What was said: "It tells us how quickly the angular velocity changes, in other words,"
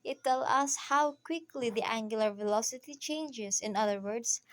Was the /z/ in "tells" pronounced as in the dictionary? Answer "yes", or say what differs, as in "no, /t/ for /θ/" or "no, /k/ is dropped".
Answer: no, /z/ is dropped